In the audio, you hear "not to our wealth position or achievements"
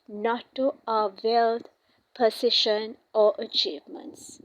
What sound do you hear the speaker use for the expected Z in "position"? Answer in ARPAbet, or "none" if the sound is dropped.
S